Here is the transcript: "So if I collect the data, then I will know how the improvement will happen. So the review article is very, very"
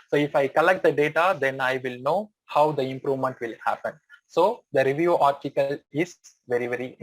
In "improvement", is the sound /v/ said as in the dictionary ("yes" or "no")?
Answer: yes